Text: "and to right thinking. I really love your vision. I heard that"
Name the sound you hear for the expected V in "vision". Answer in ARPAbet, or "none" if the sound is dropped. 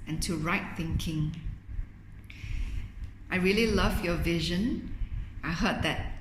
V